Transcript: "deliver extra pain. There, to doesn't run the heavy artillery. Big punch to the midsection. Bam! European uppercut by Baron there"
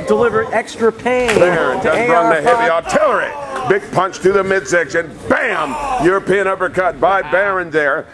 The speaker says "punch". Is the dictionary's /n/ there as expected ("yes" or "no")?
yes